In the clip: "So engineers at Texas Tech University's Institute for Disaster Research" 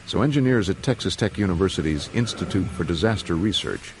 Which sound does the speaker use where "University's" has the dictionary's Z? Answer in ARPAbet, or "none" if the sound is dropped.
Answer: Z